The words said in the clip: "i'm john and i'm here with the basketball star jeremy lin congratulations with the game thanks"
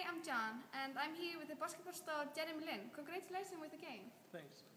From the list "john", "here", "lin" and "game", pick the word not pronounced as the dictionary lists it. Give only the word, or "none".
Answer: none